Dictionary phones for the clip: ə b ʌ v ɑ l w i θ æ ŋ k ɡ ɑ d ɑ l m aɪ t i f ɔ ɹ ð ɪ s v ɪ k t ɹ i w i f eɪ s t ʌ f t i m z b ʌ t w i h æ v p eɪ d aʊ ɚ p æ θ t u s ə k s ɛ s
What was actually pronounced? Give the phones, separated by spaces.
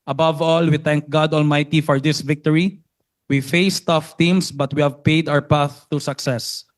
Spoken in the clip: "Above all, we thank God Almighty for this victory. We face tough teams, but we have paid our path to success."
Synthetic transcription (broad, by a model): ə b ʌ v ɑ l w i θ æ ŋ k ɡ ɑ d ɑ l m aɪ t i f ɔ ɹ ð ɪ s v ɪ k t ɹ i w i f eɪ s t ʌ f t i m s b ʌ t w i h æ v p eɪ d aʊ ɚ p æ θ t u s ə k s ɛ s